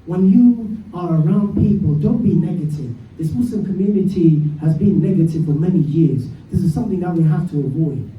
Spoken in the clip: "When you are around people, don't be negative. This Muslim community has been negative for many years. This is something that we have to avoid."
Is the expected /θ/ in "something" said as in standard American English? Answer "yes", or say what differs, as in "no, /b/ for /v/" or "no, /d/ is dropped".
yes